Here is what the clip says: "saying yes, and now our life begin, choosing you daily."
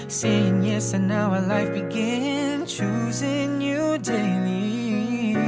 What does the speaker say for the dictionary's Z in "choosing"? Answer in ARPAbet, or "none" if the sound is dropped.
Z